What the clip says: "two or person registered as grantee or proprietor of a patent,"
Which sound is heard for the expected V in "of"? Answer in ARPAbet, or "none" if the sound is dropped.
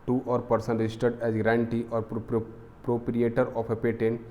P